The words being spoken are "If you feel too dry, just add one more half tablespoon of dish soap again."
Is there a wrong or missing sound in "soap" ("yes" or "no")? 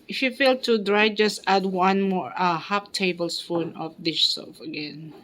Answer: yes